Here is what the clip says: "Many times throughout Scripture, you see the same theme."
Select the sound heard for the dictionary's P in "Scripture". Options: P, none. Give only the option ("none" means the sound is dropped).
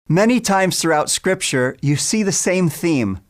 P